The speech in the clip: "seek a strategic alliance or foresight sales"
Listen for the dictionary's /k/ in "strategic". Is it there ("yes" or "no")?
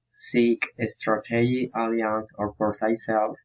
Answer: no